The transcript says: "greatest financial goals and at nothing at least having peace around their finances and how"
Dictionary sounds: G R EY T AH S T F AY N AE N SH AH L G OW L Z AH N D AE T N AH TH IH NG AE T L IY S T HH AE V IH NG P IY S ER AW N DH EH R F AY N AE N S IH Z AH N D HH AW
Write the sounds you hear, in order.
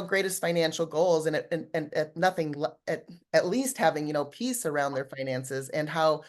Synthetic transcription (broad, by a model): G R EY T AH S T F AY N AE N SH L G OW L Z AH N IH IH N N AH TH IH NG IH T L IY S T HH AE V IH NG P IY S ER AW N DH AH R F AY N AE N S IH Z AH N HH AW